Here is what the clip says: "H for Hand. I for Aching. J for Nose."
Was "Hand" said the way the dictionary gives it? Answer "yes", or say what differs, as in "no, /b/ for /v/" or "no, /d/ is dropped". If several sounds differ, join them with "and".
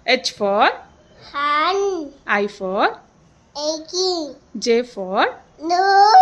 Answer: no, /d/ is dropped